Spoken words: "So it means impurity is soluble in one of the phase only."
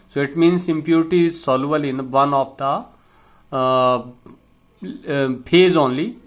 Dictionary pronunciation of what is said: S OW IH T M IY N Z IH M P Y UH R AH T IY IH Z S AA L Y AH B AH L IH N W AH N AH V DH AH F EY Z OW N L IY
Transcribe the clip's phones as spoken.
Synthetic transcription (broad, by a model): S OW IH T M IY N S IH M P Y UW R T IY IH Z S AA L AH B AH L IH N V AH N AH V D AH P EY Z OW N L IY